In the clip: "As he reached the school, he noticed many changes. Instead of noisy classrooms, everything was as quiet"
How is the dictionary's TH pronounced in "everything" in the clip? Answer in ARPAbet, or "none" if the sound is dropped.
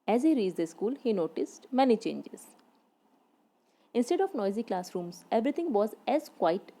T